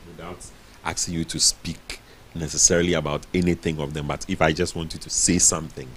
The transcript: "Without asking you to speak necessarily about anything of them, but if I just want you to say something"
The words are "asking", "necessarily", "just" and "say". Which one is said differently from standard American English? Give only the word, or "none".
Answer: asking